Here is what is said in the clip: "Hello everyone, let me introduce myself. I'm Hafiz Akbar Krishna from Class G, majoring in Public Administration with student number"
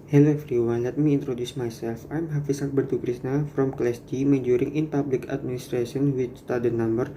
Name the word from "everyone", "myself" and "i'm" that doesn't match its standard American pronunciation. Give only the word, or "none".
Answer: everyone